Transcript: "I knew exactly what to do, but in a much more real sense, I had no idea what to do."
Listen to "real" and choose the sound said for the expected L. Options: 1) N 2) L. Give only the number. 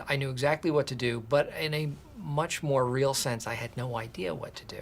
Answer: 2